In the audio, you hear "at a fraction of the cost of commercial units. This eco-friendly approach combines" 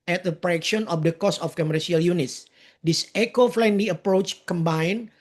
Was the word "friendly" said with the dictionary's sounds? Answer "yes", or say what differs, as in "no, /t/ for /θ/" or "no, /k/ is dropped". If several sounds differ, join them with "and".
no, /l/ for /ɹ/